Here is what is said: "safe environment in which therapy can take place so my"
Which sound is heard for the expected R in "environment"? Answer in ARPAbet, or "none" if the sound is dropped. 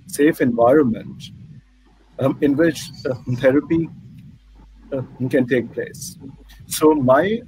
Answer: R